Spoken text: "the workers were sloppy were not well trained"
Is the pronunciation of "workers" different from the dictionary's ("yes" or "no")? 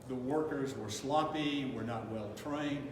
no